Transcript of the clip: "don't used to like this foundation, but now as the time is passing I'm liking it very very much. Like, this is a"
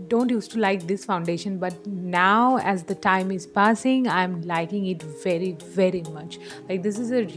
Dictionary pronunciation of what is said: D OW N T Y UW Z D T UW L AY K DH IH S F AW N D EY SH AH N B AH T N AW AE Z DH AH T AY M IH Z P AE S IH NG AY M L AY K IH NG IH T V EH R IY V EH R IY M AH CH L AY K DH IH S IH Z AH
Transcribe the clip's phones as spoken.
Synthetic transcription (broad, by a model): D OW N T Y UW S T UW L AY K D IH S F AW N D EY SH AH N B AH T N AW AE Z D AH T AY M IH Z P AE S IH NG AY M L AY K IH NG IH T V EH R IY V EH R IY M AH CH L AY K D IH S IH Z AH